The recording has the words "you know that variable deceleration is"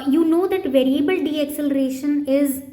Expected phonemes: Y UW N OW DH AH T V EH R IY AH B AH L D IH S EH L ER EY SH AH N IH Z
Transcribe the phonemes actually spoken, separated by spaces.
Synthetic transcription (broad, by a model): Y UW N OW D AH T V EH R IY AH B AH L D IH S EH L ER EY SH AH N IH Z